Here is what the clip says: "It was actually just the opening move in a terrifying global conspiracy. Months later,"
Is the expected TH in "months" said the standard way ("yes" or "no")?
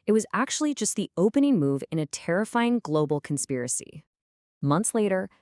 yes